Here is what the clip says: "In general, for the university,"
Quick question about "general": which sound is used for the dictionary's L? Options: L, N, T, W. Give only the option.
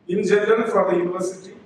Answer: N